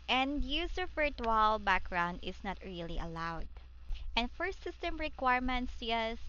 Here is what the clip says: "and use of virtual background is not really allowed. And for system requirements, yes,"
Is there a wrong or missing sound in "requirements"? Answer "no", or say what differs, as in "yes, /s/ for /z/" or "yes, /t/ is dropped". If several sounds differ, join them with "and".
no